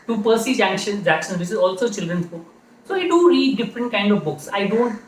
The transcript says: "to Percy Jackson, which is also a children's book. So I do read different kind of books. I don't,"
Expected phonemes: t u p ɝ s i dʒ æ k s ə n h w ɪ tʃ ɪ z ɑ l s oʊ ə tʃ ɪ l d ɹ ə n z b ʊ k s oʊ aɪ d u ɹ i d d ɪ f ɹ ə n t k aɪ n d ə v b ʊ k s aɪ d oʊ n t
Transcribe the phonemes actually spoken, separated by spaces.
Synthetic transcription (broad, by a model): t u p ɝ s i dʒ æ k ʃ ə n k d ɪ s ɪ z ɑ l s oʊ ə tʃ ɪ l d ɹ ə n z b ʊ k s oʊ aɪ d u ɹ i d d ɪ f ɹ ə n t k aɪ n d ə v b ʊ k s aɪ d oʊ n t